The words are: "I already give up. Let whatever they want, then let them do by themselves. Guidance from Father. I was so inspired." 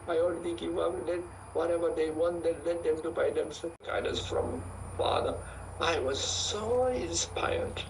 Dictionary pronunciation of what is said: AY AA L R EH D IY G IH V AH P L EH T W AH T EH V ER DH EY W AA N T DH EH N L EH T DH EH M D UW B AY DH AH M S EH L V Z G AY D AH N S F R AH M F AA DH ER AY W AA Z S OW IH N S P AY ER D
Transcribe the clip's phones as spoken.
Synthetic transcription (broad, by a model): AY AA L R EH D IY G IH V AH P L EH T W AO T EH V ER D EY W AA N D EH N L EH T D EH M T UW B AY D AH M S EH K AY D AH S F R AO M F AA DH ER AY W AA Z S OW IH N S P AY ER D